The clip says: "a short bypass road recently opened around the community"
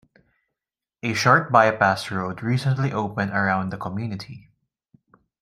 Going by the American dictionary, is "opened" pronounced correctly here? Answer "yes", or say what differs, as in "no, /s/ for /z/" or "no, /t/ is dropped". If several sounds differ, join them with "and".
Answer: yes